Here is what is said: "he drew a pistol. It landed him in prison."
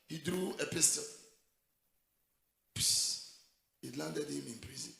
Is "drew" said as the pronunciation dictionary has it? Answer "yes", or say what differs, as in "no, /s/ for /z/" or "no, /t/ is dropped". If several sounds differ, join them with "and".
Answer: yes